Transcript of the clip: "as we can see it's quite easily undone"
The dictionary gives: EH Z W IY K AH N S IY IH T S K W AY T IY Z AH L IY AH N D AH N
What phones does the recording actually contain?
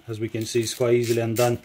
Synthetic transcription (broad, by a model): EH Z W IY K AH N S IY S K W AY IY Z L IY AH N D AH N